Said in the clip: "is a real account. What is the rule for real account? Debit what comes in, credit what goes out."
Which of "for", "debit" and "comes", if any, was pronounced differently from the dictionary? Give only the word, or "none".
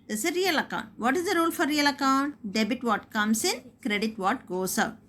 comes